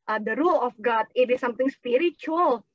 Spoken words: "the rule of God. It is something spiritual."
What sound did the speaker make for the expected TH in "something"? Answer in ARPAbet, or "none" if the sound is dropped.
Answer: T